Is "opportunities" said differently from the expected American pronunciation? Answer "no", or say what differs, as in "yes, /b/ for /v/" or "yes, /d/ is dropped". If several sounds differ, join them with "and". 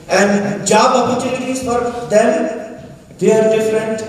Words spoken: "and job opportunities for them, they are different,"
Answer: yes, /l/ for /n/